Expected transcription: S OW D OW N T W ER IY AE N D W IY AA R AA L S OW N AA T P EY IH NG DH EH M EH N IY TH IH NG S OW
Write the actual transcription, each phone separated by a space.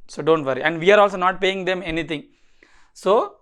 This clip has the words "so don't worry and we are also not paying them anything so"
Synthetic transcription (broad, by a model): S OW D OW N T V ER IY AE N D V IY AA R AA L S OW N AA T P EY IH NG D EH M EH N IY T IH NG S OW